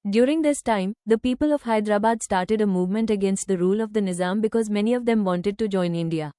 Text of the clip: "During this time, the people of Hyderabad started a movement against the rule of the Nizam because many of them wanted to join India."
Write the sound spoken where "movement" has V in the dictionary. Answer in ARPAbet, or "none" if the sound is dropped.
V